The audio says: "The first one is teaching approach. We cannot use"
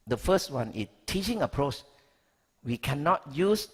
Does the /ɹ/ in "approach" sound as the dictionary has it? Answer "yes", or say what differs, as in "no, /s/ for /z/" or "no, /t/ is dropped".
yes